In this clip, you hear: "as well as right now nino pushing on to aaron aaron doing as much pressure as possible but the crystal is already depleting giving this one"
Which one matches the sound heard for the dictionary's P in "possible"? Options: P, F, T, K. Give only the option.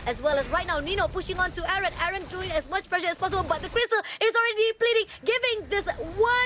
P